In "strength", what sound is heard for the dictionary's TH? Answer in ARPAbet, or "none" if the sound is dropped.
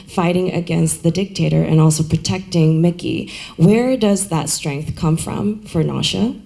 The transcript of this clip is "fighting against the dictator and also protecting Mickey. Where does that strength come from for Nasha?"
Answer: TH